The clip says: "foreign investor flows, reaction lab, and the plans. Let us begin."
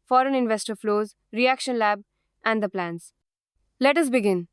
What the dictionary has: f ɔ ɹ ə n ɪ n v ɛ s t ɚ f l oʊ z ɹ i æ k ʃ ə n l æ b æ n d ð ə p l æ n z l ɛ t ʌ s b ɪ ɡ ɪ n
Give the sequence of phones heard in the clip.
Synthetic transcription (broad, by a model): f ɔ ɹ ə n ɪ n v ɛ s t ɚ f l oʊ z ɹ i æ k ʃ ə n l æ b æ n d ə p l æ n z l ɛ t ʌ s b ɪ ɡ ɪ n